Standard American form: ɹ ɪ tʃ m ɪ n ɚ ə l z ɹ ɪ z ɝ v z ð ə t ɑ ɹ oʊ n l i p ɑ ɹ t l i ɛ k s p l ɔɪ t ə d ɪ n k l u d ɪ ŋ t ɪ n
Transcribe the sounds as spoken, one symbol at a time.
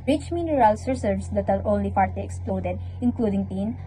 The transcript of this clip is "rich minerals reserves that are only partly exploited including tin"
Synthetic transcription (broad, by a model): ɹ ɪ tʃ m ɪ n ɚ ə l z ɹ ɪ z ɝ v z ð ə t ɑ ɹ oʊ n l i f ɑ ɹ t i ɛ k s p l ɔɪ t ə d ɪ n k l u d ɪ ŋ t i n